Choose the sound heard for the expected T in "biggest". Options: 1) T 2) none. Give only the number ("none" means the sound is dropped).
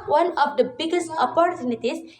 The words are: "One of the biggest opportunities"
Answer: 1